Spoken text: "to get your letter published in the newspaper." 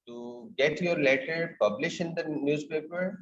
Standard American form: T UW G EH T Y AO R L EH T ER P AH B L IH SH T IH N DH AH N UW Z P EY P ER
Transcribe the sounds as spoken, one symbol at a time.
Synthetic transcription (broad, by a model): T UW G EH T Y AO R L EH T ER P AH B L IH SH IH N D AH N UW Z P EY P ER